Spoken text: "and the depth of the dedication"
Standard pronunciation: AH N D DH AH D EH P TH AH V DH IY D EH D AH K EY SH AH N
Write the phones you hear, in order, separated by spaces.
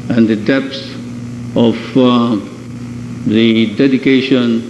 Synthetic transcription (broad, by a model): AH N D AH D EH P S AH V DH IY D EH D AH K EY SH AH N